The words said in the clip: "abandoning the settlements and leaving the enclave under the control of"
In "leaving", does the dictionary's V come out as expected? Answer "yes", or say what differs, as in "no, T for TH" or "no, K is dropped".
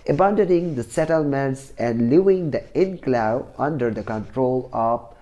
no, V is dropped